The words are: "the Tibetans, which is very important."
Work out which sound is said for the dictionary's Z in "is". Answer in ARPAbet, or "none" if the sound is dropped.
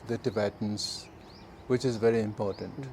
Z